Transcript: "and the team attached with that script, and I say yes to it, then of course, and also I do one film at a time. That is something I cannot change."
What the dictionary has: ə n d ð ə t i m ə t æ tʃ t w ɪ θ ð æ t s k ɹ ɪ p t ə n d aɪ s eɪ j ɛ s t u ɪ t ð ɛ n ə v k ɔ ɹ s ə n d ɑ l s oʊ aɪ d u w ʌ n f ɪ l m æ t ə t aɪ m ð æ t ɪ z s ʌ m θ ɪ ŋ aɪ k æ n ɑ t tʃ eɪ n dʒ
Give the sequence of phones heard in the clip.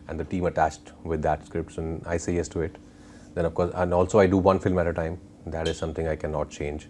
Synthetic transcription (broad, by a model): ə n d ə t i m ə t æ tʃ t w ɪ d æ t s k ɹ ɪ p t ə n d aɪ s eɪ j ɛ s t u ɪ t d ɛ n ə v k ɔ ɹ s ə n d ɑ l s oʊ aɪ d u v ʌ n f ɪ l m æ t ə t aɪ m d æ t ɪ z s ʌ m t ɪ ŋ aɪ k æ n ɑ t tʃ eɪ n dʒ